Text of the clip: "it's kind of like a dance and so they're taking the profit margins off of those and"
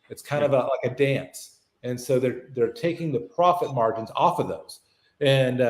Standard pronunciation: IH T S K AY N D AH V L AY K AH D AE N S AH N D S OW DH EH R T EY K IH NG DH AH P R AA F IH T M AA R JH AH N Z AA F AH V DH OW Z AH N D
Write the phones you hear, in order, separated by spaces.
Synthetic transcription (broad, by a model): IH T S K AY N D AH V L AY K AH D AE N S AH N S OW DH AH R T EY K IH NG DH AH P R AA F IH T M AA R JH AH N Z AA F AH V DH OW Z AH N